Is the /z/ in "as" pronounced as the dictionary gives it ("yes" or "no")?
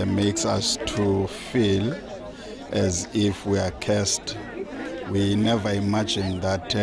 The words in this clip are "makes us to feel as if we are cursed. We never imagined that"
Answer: yes